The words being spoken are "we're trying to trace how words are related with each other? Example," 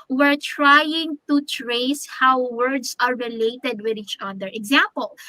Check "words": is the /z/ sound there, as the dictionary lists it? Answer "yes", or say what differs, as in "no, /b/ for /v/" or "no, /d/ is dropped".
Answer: no, /s/ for /z/